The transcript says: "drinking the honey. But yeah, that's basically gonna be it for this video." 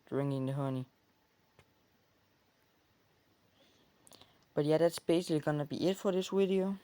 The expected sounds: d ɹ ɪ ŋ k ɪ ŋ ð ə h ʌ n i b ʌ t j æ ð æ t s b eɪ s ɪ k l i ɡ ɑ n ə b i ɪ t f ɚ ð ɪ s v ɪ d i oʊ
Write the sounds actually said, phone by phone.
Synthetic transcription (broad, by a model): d ɹ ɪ ŋ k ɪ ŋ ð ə h ʌ n i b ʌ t j æ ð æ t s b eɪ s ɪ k l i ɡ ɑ n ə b i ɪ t f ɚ ð ɪ s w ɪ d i oʊ